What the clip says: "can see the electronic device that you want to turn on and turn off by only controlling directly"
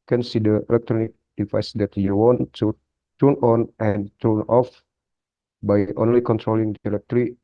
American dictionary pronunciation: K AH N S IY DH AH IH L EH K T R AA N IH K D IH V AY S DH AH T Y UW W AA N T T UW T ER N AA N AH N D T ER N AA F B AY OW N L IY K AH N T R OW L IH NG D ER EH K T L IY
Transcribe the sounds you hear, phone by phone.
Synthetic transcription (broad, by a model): K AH N S IY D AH IH L EH K T R AA N IH K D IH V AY S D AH T Y UW W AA N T T UW T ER N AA N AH N T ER N AA F B AY OW N L IY K AH N T R OW L IH NG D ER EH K T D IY